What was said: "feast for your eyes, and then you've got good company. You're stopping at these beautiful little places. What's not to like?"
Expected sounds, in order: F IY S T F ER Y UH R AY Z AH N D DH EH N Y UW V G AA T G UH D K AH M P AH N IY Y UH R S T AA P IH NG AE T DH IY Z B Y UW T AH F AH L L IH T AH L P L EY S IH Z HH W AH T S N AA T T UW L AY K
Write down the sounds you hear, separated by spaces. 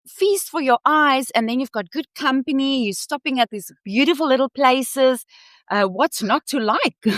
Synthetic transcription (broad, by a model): F IY S T F ER Y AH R AY Z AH N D DH EH N Y UW V G AA T G UH D K AH M P AH N IY Y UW S T AA P IH NG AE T DH IY Z B Y UW T AH F AH L L IH T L P L EY S IH Z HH W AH T S N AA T T UW L AY K